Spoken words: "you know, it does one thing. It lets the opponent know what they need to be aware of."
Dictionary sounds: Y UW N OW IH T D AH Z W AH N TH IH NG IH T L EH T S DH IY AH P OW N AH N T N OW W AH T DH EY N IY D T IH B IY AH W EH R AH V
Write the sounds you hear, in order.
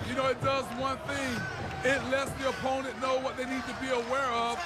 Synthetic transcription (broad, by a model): Y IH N OW IH T D AH Z W AH N TH IH NG IH T L EH T S DH IY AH P OW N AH N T N OW W AH T DH EY N IY D T IH B IY AH W EH R AH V